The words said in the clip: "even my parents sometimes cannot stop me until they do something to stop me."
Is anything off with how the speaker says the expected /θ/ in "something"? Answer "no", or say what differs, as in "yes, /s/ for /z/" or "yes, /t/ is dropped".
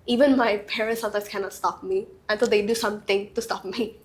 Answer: yes, /t/ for /θ/